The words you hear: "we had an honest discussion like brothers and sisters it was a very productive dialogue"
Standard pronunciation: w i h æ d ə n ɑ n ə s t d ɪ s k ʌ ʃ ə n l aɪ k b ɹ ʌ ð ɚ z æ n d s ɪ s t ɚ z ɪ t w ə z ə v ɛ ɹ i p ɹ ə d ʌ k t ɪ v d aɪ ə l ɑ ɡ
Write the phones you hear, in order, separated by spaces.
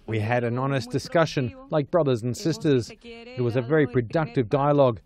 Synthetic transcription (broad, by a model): w i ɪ d ə n ɑ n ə s d ɪ s k ʌ ʃ ə n l aɪ k b ɹ ʌ ð ɚ z n s ɪ s t ɚ z ɪ t w ə z ə v ɛ ɹ i p ɹ ə d ʌ k t ɪ v d aɪ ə l ɑ ɡ